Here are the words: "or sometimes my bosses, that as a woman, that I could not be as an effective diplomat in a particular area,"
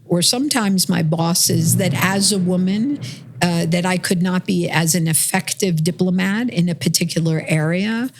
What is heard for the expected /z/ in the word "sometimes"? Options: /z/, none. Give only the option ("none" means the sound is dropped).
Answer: /z/